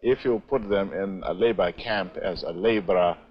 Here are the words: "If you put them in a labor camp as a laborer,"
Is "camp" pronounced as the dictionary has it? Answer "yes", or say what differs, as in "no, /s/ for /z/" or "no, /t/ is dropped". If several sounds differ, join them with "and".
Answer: yes